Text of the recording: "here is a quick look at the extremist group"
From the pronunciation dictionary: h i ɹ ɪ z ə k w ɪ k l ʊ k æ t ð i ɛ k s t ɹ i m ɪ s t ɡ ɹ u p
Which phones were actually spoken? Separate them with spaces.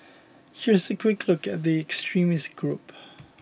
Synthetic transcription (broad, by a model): h i ɹ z ə k w ɪ k l ʊ k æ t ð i ɛ k s t ɹ i m ɪ s t ɡ ɹ u p